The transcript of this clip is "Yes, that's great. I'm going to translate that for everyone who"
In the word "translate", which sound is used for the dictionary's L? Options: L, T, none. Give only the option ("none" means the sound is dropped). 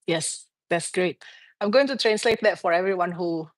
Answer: L